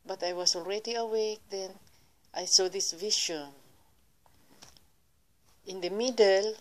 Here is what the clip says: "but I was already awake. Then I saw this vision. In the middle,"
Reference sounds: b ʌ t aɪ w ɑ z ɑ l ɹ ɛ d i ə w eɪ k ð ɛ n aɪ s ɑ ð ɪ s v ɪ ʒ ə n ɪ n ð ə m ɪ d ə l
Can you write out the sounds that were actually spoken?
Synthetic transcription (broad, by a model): b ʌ t aɪ w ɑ s ɑ l ɹ ɛ d i ə w eɪ k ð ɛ n aɪ s ɑ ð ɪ s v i ʃ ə n ɪ n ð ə m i d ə l